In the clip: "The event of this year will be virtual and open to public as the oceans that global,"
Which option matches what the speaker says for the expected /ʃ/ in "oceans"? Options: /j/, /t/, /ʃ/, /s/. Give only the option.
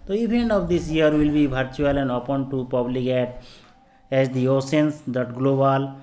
/s/